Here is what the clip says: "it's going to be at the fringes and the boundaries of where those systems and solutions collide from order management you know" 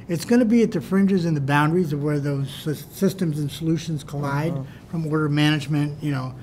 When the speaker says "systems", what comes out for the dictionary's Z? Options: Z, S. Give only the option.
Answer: Z